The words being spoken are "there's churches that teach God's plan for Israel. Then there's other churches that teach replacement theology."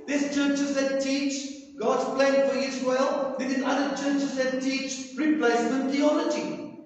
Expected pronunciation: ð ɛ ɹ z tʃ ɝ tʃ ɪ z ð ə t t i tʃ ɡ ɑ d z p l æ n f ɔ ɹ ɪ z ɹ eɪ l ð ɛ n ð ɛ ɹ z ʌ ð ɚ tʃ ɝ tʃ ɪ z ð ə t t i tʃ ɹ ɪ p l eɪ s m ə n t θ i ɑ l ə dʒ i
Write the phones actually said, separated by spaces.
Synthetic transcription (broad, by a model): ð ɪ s tʃ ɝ tʃ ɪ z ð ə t t i tʃ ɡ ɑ d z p l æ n f ɔ ɹ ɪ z w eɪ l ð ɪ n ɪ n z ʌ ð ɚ tʃ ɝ tʃ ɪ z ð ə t t i tʃ ɹ ɪ p l eɪ s m ə n t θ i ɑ l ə dʒ i